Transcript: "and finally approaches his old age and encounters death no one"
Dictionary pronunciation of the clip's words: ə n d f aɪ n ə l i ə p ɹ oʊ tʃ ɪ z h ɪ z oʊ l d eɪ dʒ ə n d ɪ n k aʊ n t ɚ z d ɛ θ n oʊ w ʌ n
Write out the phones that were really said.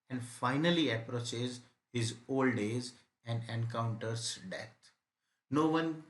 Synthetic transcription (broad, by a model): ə n d f aɪ n ə l i ə p ɹ oʊ tʃ ɪ z h ɪ z oʊ l d eɪ z ə n d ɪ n k aʊ n t ɚ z d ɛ t n oʊ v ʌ n